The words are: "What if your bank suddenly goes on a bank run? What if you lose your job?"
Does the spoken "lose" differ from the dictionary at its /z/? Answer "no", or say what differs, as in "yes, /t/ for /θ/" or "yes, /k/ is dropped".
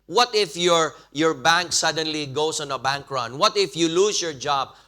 yes, /s/ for /z/